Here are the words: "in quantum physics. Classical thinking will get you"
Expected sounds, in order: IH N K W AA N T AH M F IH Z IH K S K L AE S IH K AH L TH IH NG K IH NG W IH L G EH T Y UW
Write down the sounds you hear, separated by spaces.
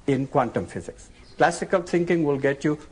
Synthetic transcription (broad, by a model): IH N K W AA N T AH M F IH Z IH K S K L AE S IH K AH L T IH NG K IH NG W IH L G EH T Y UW